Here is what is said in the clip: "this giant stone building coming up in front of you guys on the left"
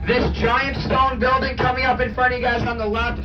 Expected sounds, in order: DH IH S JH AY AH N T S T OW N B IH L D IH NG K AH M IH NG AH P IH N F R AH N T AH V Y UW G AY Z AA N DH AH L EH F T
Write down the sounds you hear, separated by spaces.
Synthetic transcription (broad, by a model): DH IH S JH AY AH N T S T OW N B IH L D IH NG K AH M IH NG AH P IH N F R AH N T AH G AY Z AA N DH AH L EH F